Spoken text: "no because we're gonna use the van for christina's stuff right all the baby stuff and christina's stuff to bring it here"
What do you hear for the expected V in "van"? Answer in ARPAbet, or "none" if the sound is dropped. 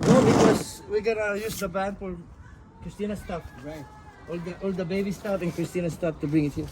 B